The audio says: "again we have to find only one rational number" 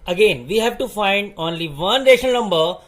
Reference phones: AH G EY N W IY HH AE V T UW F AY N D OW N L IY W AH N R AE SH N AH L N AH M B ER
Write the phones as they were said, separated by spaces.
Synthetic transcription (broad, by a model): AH G EY N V IY HH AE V T UW F AY N D OW N L IY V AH N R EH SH AH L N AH M B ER